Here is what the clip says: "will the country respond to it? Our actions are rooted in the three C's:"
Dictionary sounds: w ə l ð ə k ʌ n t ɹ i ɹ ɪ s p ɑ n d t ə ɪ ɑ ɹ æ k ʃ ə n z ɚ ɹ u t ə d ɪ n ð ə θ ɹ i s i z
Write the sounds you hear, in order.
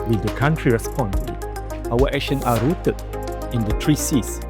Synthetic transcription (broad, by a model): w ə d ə k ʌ n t ɹ i ɹ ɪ s p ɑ n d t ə ɪ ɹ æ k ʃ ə n ɑ ɹ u t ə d ɪ n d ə t ɹ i s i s